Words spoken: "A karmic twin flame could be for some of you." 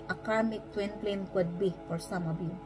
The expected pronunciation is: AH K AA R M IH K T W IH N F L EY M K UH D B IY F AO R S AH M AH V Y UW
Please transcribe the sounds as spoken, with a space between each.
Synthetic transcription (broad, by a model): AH K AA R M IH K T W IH N P L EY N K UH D B IY F AO R S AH M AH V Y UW